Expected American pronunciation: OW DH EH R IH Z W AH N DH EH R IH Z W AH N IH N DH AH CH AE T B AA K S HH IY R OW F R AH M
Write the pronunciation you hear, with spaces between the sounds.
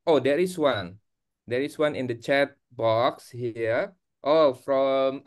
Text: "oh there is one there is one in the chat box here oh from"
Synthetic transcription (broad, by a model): OW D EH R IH S W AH N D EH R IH S W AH N IH N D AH CH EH T B AA K S HH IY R OW F R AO M